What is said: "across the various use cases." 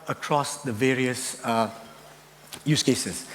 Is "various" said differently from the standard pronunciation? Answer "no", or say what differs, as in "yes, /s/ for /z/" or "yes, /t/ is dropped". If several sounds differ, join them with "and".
no